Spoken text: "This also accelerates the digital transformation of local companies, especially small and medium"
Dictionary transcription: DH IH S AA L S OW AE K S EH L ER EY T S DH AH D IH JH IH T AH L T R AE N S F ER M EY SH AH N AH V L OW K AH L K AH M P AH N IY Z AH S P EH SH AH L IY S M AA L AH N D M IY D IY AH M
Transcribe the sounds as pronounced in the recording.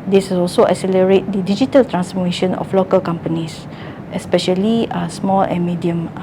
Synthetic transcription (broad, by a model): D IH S AA L S OW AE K S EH L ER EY T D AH D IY JH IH T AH L T R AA N S F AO M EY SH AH N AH F L OW K AH L K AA M P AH N IY S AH S P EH SH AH L IY S M AA L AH N M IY D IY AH M